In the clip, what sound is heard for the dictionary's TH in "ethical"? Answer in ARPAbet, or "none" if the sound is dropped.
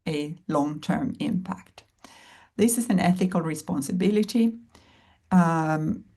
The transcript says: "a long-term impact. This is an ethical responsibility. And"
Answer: TH